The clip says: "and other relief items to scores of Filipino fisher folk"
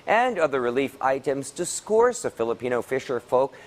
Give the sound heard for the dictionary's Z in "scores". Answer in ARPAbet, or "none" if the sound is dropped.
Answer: S